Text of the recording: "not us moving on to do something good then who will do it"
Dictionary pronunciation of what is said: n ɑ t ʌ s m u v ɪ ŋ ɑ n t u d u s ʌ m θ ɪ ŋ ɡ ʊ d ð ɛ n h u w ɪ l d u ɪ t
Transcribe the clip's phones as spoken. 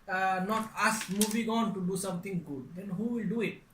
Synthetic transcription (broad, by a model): n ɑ t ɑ s m u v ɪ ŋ ɑ n t u d u s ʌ m t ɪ ŋ ɡ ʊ d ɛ n h u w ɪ l d u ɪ t